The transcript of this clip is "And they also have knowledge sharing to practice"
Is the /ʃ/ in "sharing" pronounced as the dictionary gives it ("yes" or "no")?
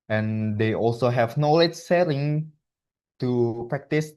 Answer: no